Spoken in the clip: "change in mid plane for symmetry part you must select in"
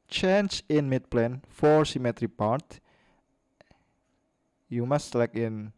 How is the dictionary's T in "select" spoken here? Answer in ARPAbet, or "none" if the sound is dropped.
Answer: none